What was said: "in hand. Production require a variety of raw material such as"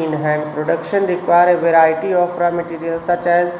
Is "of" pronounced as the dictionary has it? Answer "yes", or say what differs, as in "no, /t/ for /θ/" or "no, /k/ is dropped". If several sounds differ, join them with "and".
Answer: no, /p/ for /v/